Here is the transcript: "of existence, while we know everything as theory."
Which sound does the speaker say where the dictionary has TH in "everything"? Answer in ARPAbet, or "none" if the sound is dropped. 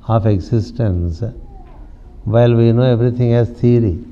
T